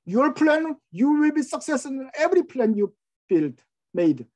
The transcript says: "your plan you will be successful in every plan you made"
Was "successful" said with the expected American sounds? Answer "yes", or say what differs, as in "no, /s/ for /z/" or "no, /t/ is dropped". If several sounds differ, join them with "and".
no, /f/ is dropped